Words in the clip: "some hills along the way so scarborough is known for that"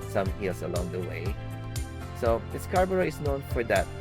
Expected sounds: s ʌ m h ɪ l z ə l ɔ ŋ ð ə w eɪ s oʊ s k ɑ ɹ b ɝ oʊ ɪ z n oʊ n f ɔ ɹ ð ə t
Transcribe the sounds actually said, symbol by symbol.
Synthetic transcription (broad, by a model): s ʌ m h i l s ə l ɔ ŋ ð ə w eɪ s oʊ s k ɑ ɹ b ɝ oʊ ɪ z n oʊ n f ɔ ɹ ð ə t